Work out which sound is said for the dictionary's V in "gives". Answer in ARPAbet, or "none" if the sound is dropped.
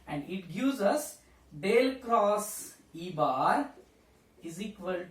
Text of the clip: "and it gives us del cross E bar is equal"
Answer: none